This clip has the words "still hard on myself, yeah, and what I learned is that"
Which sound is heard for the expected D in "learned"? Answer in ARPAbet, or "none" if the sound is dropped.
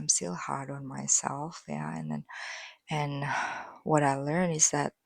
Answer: none